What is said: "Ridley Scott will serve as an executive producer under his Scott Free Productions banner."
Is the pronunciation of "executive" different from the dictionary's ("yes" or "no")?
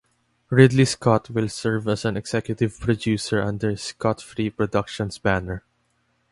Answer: yes